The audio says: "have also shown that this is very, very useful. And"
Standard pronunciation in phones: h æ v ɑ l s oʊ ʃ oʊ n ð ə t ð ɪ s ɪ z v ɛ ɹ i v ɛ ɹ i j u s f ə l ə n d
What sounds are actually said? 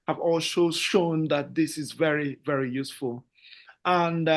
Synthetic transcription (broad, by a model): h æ v ɑ l ʃ oʊ ʃ oʊ n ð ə t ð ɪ s ɪ z v ɛ ɹ i v ɛ ɹ i j u s f ə l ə n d